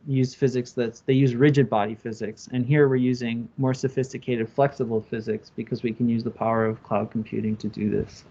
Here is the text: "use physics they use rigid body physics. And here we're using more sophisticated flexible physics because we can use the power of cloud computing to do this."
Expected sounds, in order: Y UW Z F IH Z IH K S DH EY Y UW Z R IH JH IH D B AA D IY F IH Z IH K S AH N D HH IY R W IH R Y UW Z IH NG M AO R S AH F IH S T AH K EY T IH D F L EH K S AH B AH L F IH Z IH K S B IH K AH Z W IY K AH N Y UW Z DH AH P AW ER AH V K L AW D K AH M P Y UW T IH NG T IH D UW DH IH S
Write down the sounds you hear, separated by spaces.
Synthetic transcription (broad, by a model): Y UW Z F IH Z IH K S DH EY Y UW Z R IH JH IH D B AA D IY F IH Z IH K S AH N HH IY R W IH R Y UW Z IH NG M AO R S AH F IH S T AH K EY T IH D F L EH K S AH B L F IH Z IH K S B IH K AH Z W IY K AH N Y UW Z DH AH P AW ER AH V K L AW D K M P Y UW T IH NG T IH D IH DH IH S